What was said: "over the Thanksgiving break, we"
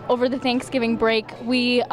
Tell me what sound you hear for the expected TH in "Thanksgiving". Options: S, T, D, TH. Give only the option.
TH